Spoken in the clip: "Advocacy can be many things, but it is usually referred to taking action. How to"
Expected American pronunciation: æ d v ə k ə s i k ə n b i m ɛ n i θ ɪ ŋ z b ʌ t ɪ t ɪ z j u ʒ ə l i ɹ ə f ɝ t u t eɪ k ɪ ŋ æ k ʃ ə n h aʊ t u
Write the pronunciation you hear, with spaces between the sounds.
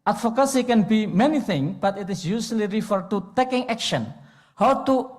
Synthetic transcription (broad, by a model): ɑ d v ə k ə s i k ə n b i m ɛ n i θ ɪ ŋ b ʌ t ɪ t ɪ s j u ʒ l i ɹ ə f ɝ t u t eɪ k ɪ ŋ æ k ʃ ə n h aʊ t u